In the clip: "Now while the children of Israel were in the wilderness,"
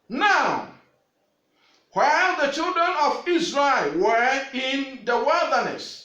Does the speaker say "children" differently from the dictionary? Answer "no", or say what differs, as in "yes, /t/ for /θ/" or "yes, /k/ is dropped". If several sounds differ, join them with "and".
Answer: no